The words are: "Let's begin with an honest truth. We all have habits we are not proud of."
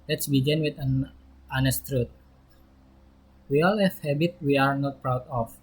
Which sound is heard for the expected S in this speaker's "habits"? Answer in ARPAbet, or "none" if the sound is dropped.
none